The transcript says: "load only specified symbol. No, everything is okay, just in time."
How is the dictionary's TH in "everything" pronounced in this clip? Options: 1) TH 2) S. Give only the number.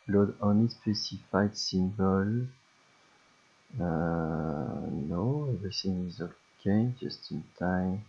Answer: 2